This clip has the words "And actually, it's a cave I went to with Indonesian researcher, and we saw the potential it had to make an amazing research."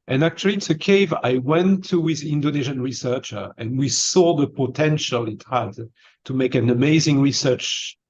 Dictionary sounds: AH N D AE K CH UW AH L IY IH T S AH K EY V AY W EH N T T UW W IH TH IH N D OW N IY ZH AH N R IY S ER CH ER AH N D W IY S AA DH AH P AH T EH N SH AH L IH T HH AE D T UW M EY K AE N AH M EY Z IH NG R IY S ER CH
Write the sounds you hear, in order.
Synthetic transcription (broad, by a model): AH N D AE K CH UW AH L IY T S AH K EY V AY W EH N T T UW W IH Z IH N D OW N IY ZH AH N R IY S ER CH ER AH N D W IY S AA DH AH P AH T EH N SH AH L IH T HH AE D T UW M EY K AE N AH M EY Z IH NG R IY S ER CH